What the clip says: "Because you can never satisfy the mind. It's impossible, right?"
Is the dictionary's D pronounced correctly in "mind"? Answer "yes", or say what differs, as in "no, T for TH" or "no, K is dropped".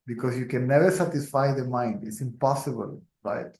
yes